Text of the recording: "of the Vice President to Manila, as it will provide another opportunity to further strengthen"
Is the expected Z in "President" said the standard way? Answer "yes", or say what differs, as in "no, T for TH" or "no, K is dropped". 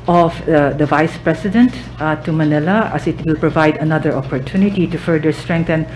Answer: no, S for Z